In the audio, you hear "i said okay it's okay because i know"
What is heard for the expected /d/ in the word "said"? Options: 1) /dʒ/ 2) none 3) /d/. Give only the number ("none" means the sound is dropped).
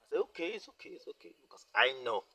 2